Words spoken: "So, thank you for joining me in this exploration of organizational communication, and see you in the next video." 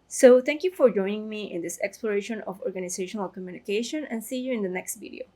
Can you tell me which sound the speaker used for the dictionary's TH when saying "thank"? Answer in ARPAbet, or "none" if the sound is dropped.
T